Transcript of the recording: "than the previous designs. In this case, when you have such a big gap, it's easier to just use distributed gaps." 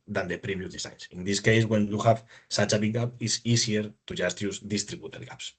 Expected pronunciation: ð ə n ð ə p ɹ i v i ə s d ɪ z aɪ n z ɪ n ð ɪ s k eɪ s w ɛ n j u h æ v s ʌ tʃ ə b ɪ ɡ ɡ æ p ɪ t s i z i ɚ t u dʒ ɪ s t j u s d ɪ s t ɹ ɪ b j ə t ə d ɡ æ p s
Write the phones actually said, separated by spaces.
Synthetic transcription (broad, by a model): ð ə n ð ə p ɹ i b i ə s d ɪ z aɪ n s ɪ n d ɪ s k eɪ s w ɛ n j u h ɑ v s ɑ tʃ ə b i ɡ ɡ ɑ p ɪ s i s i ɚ t u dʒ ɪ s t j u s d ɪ s t ɹ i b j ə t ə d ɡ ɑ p s